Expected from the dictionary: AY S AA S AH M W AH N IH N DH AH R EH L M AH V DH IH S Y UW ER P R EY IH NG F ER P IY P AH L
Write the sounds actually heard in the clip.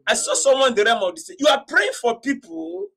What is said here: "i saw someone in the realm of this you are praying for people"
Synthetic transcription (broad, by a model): AY S AA S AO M W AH IH N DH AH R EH M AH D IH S Y UW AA P R EY IH NG F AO P IY P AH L